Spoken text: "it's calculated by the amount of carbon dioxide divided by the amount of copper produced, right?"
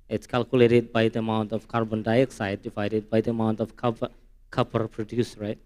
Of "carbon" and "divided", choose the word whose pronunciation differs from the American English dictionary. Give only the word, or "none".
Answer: divided